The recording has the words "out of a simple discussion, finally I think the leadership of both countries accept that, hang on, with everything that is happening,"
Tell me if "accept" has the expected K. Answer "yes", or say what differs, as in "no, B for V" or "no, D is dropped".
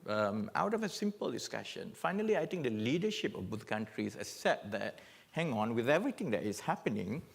no, K is dropped